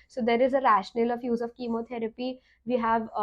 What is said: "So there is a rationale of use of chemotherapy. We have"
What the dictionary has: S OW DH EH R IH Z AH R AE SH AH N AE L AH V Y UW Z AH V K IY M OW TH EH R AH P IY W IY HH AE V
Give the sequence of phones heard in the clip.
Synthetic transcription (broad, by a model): S OW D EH R IH Z AH R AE SH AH N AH L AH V Y UW Z AH V K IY M OW T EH R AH P IY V IY HH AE V